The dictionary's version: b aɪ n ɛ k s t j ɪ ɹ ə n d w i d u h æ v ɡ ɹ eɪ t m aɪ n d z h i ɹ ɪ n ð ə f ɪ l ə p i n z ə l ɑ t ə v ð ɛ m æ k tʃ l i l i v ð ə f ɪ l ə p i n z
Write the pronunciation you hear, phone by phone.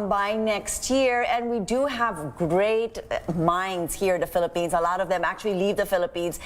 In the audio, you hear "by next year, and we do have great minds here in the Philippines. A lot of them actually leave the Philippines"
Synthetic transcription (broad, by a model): b aɪ n ɛ k s t j ɪ ɹ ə n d w i d u h æ v ɡ ɹ eɪ t m aɪ n d z h i ɹ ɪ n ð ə f ɪ l ə p i n z ə l ɑ t ə v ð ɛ m æ k tʃ l i l i v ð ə f ɪ l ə p i n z